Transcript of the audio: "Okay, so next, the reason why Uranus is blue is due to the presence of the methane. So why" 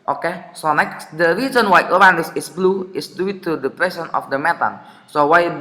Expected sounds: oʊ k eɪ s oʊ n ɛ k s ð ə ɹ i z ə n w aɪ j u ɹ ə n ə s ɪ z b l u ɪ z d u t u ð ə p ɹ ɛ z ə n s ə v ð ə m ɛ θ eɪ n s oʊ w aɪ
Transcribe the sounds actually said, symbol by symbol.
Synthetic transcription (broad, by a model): oʊ k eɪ s oʊ n ɛ k s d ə ɹ i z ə n w aɪ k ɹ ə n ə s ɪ s b l u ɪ s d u t u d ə p ɹ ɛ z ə n ə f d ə m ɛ t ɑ n s oʊ w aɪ